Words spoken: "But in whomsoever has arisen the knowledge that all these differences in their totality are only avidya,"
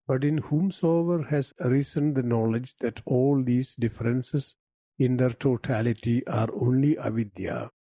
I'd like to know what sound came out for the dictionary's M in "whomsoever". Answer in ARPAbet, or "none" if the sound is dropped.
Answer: M